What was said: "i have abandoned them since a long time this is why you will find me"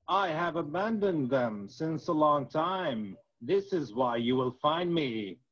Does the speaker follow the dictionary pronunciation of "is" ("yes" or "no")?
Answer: yes